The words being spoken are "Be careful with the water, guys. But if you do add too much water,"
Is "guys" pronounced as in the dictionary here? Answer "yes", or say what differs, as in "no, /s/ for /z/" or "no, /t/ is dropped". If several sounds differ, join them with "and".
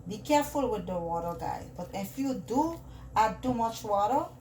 no, /z/ is dropped